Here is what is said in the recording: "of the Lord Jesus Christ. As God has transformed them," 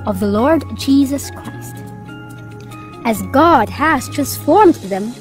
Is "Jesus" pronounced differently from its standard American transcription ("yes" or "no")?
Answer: no